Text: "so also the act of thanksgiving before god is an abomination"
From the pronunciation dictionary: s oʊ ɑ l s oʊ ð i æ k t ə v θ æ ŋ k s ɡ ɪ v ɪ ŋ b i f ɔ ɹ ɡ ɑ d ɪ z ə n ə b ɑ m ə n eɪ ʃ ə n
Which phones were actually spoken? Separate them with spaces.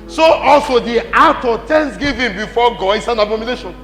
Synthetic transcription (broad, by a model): s oʊ ɑ l s oʊ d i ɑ t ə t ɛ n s ɡ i v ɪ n b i f ɔ ɡ ɑ d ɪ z ə n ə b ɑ m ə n eɪ ʃ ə n